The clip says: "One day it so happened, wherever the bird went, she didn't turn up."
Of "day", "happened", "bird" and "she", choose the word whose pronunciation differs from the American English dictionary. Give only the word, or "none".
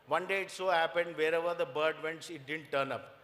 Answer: she